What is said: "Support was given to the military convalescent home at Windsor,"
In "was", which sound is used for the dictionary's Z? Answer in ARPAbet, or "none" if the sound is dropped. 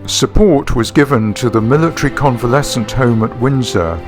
Z